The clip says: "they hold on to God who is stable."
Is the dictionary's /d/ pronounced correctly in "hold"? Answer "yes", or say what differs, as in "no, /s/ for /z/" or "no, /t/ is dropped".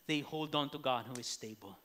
yes